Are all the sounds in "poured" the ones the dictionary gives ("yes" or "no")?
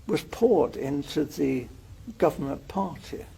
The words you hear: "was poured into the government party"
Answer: yes